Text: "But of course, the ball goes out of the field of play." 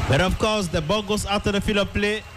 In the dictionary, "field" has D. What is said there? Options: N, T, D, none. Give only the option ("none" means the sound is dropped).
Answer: none